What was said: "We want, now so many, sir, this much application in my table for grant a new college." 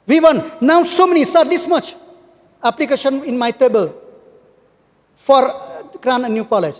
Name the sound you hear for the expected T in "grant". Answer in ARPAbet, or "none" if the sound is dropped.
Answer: none